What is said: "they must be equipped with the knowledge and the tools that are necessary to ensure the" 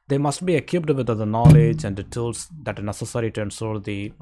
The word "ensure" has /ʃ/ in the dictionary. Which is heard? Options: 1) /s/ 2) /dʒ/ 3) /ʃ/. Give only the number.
1